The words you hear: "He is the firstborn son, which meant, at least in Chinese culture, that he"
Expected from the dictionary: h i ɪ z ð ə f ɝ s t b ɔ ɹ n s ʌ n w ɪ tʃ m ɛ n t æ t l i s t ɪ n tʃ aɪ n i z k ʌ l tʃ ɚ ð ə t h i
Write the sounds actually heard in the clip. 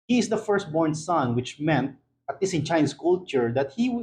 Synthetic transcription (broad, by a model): h i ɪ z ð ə f ɝ s t b ɔ ɹ n s ʌ n w ɪ tʃ m ɛ n t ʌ t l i s ɪ n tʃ aɪ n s k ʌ l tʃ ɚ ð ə t h i